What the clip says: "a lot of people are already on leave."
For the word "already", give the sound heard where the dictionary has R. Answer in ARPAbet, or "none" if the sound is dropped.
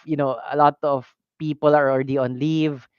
R